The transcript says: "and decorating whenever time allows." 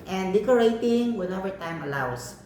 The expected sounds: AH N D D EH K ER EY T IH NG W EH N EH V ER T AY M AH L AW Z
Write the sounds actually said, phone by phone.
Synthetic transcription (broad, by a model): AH N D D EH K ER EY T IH NG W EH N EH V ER T AY M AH L AW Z